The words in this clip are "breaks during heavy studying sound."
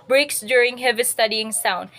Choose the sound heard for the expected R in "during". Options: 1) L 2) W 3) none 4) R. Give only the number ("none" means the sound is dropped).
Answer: 4